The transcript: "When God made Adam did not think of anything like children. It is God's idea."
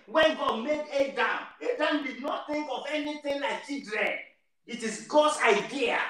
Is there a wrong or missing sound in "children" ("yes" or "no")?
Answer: yes